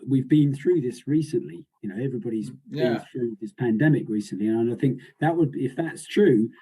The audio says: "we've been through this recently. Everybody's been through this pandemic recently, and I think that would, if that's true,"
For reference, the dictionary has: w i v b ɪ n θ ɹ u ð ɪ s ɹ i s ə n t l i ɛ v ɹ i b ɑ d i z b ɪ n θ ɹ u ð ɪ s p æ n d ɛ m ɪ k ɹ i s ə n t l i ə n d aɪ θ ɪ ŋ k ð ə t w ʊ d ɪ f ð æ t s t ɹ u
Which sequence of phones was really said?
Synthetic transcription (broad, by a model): w i v b ɪ n θ ɹ u ð ɪ s ɹ i s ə n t l i ɛ v ɹ i b ɑ d i z b ɪ n θ ɹ u ð ɪ s p æ n d ɛ m ɪ k ɹ i s ə n t l i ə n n aɪ θ ɪ ŋ k ð ə t w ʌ d ɪ f ð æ t s t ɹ u